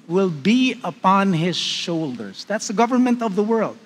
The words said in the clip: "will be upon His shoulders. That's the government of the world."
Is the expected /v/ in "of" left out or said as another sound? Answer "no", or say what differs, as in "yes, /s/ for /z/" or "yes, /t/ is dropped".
no